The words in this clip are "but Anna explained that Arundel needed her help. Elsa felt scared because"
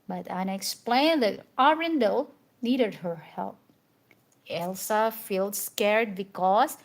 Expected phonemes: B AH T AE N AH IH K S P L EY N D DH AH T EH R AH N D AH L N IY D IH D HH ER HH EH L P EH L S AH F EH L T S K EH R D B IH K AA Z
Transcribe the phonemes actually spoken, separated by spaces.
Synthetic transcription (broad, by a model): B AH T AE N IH K S P L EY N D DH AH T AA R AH N D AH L N IY D IH D HH ER HH EH L P EH L S AH F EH L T S K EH R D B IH K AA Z